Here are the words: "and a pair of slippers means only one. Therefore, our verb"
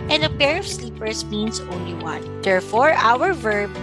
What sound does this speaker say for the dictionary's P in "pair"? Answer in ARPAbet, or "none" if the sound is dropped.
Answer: P